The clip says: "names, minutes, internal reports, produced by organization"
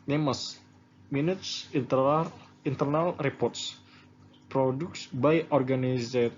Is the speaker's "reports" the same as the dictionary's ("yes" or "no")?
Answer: yes